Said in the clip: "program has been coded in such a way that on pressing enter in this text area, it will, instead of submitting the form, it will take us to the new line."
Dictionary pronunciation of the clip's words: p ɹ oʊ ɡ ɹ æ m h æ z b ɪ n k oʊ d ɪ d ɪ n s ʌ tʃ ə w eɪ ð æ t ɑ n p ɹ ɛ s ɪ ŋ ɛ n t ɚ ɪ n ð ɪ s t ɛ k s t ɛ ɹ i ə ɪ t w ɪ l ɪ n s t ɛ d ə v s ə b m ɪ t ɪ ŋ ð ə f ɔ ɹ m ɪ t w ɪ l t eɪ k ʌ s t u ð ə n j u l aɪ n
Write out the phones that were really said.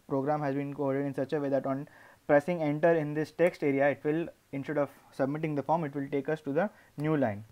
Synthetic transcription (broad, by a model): p ɹ oʊ ɡ ɹ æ m h æ z b ɪ n k oʊ d ɪ d ɪ n s ʌ tʃ ə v eɪ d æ t ɑ n p ɹ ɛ s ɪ ŋ ɛ n t ɚ ɪ n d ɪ s t ɛ k s t ɛ ɹ i ə ɪ t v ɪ l ɪ n s t ɛ d ə v s ə b m ɪ t ɪ ŋ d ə f ɔ ɹ m ɪ t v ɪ l t eɪ k ʌ s t u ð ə n j u l aɪ n